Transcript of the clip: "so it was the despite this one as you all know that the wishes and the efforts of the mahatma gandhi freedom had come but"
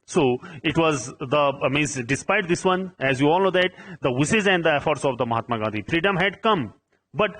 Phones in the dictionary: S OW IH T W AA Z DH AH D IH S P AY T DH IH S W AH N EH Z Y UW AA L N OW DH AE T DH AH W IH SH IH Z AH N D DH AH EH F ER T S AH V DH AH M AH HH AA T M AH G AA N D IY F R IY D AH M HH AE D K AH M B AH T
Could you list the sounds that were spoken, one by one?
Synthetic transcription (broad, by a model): S OW IH T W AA Z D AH D IH S P AY T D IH S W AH N EH Z Y UW AA L N OW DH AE T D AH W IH S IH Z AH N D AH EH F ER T S AH V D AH M AH HH AA T M AH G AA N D IY F R IY D AH M HH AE D K AH M B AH T